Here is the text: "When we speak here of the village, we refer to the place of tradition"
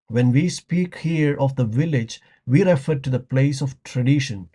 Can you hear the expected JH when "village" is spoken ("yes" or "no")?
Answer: yes